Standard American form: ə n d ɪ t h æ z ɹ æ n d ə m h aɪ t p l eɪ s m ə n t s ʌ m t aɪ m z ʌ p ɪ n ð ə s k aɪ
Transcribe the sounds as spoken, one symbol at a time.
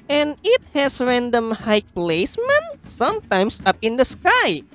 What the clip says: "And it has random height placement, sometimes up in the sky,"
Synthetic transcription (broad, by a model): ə n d ɪ t h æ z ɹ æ n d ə m h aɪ p l eɪ s m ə n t s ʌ m t aɪ m s ʌ p ɪ n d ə s k aɪ